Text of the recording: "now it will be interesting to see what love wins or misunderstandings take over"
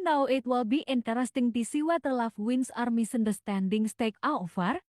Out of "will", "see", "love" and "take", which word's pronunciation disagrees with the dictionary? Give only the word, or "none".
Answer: love